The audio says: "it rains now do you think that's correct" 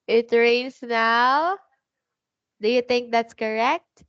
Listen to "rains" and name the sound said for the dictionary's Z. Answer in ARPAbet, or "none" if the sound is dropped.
S